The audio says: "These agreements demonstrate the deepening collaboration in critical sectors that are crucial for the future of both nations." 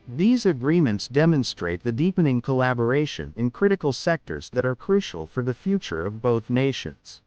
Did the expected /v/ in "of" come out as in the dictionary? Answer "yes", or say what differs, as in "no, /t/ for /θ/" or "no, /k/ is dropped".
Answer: yes